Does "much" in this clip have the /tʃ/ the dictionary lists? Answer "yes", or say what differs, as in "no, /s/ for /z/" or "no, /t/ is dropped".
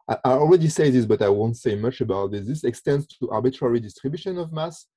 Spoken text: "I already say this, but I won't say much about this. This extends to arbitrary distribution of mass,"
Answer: yes